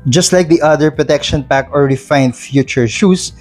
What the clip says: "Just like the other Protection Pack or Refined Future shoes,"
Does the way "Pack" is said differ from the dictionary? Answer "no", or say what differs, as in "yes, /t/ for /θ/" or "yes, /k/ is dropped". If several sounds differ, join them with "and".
no